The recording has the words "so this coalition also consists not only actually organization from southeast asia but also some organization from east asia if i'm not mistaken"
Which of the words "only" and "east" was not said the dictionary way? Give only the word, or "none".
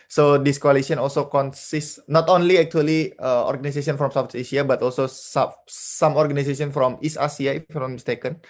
east